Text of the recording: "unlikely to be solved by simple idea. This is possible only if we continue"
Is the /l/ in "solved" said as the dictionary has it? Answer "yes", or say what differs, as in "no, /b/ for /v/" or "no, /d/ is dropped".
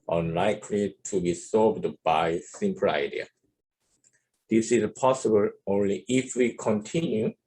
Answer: no, /l/ is dropped